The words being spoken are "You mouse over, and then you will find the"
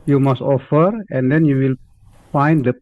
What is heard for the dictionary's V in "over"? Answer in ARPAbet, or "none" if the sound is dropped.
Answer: F